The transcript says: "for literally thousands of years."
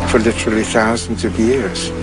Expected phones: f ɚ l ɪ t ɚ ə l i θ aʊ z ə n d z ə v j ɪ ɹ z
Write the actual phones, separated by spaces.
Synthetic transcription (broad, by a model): f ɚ l ɪ t ɚ ə l i θ aʊ z ə n d z ə v j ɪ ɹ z